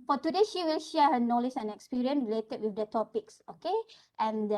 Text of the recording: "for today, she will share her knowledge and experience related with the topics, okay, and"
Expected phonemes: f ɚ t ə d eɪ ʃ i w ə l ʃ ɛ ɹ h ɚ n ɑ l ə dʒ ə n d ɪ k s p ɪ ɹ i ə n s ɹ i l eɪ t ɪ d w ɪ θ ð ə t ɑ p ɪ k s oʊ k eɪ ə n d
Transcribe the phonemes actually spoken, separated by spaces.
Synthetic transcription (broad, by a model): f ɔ t ə d eɪ ʃ i w ə l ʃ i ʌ h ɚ n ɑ l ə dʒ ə n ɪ k s p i ɹ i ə n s ɹ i l eɪ t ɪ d w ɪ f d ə t ɑ p ɪ k s oʊ k eɪ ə n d